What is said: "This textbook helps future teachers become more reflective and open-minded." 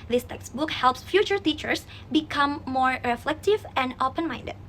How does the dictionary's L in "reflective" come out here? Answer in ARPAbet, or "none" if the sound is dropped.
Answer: L